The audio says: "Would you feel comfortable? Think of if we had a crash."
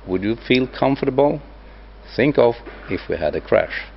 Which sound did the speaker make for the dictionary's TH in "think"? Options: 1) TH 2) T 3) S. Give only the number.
1